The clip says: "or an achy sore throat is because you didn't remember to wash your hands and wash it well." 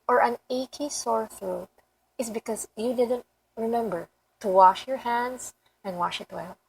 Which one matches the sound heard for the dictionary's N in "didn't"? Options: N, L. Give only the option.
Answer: N